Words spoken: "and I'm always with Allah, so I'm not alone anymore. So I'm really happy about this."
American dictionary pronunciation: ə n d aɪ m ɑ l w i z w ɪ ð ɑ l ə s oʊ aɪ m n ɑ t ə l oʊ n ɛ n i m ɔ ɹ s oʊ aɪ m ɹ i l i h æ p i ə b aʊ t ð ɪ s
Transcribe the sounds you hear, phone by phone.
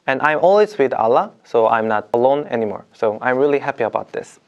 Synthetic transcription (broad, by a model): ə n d aɪ m ɑ l w i z w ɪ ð ɑ l ə s oʊ aɪ m n ɑ t ə l oʊ n ɛ n i m ɔ ɹ s oʊ aɪ m ɹ i l i h æ p i ə b aʊ t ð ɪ s